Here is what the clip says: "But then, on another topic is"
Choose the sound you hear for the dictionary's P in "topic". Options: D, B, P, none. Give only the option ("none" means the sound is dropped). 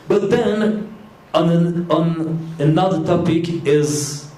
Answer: P